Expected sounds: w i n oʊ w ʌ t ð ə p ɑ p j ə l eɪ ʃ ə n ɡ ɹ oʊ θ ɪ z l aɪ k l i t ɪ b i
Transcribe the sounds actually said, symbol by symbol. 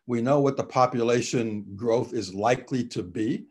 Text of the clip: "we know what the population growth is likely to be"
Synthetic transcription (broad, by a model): w i n oʊ w ʌ t ð ə p ɑ p j ə l eɪ ʃ ə n ɡ ɹ oʊ θ ɪ z l aɪ k l i t ɪ b i